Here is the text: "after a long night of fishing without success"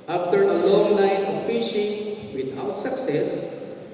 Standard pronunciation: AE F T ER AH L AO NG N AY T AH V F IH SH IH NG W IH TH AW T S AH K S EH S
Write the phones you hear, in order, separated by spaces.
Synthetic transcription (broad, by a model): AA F T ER AH L AO NG L AY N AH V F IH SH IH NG W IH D AW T S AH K S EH S